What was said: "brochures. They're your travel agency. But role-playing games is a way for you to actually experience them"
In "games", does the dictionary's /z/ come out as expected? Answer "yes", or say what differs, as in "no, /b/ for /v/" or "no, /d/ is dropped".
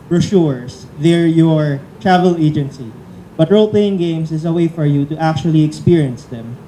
no, /s/ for /z/